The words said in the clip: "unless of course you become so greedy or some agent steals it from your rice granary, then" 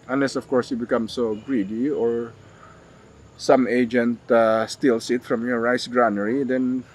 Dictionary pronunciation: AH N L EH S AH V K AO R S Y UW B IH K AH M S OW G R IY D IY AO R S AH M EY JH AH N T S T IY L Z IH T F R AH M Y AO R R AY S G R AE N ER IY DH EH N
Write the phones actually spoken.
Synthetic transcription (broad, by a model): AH N L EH S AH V K AO R S Y UW B IH K AH M S OW G R IY D IY AO R S AH M EY JH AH N T S T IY L S IH T F R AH M Y AO R R AY S G R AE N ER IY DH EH N